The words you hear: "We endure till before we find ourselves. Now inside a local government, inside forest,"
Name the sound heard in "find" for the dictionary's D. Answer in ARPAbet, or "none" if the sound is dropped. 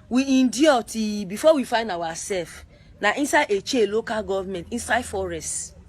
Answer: D